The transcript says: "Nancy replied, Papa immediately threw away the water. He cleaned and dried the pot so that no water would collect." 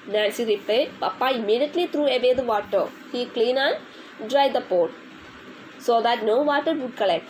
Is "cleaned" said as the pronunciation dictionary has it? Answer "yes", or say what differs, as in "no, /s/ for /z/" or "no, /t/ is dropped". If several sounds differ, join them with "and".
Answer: no, /d/ is dropped